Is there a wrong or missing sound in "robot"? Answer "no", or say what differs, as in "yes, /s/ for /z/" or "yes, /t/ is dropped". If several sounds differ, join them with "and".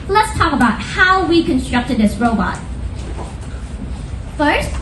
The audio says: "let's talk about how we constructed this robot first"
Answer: no